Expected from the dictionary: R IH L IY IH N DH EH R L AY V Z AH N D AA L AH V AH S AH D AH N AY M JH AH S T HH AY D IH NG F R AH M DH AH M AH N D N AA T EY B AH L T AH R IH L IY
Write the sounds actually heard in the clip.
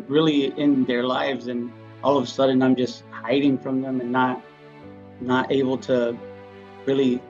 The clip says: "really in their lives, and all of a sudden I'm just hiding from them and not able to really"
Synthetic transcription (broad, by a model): R IH L IY IH N DH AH R L AY V Z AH N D AA L AH V AH S AH D N AY M JH AH S T HH AY D IH NG F R AH M DH AH M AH N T N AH T EY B L T AH R IH L IY